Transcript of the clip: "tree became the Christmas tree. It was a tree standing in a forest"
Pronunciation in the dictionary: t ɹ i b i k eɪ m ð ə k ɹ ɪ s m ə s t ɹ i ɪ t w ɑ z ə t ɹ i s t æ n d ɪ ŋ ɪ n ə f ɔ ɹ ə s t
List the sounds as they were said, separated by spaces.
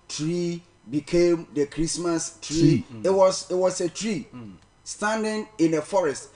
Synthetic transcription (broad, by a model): t ɹ i b i k eɪ m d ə k ɹ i s m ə s t ɹ i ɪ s w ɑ s ə t ɹ i s t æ n d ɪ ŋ ɪ n ə f ɔ ɹ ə s t